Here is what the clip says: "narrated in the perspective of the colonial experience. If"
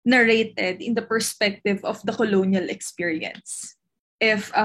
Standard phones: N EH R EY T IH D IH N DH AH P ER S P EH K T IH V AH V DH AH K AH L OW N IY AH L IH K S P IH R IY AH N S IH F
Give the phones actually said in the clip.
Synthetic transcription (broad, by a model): N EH R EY T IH D IH N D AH P ER S P EH K T IH V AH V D AH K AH L OW N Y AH L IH K S P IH R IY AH N S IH F